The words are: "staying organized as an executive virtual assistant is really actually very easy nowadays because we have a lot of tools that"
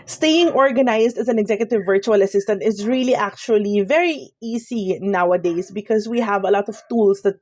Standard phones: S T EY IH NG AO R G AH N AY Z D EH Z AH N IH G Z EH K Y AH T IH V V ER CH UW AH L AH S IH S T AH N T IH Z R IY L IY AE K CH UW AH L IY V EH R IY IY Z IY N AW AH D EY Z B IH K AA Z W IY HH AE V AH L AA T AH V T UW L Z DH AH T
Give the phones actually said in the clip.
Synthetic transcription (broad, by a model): S T EY IH NG AO R G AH N AY S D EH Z AH N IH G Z EH K Y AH T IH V V ER CH UW AH L AH S IH S T AH N T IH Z R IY L IY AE K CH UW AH L IY V EH R IY IY S IY N AW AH D EY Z B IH K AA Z W IY HH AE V AH L AA T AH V T UW L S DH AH T